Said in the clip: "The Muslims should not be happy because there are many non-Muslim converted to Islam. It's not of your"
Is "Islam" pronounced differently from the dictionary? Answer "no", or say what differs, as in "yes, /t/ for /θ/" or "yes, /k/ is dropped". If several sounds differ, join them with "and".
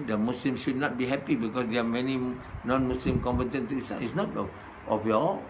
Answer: yes, /m/ is dropped